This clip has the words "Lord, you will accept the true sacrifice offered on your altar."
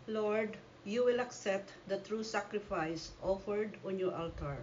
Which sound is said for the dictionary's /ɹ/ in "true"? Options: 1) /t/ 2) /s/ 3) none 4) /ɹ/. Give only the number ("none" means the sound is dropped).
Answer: 4